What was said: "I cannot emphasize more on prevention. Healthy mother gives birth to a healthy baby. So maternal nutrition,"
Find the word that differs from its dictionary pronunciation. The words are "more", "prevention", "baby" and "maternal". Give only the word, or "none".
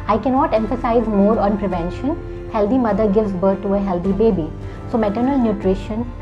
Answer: none